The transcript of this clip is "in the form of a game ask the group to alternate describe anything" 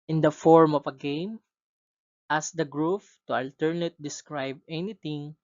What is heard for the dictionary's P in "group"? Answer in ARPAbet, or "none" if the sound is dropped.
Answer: F